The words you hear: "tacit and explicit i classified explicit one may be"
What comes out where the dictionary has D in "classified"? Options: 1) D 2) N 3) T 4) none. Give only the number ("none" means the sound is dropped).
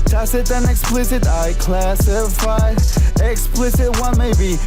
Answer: 4